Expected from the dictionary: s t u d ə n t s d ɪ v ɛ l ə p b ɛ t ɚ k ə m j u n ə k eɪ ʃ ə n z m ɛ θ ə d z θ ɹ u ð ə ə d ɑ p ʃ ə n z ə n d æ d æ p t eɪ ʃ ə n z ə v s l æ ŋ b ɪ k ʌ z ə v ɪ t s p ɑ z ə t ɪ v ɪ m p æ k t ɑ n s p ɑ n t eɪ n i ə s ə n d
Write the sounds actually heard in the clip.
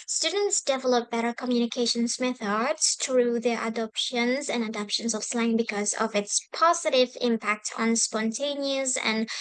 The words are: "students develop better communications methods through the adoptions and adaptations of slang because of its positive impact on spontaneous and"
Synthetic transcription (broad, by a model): s t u d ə n t s d ɪ v ɛ l ə p b ɛ t ɚ k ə m j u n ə k eɪ ʃ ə n s m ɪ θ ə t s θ ɹ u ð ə ə d ɑ p ʃ ə n z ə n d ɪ d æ p ʃ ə n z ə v s l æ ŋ b ɪ k ʌ z ə v ɪ t s p ɑ z ə t ɪ v ɪ m p æ k t n s p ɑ n t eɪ n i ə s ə n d